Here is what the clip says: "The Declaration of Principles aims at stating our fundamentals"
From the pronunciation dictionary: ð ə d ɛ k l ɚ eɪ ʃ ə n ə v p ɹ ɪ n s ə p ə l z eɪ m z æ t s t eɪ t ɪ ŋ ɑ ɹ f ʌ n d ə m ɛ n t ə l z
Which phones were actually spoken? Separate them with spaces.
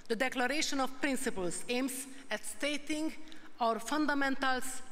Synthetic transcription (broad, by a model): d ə d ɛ k l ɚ eɪ ʃ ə n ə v p ɹ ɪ n s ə p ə l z eɪ m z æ t s t eɪ t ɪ ŋ ɑ ɹ f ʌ n d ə m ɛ n t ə l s